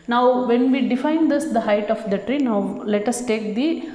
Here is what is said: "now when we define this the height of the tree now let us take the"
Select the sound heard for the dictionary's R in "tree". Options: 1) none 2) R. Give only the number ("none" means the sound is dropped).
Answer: 2